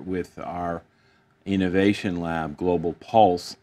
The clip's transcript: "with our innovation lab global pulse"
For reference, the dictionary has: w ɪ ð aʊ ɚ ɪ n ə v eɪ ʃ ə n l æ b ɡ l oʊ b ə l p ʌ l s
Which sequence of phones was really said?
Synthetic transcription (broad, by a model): w ɪ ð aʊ ɚ ɪ n ə v eɪ ʃ ə n l æ b ɡ l oʊ b l p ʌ l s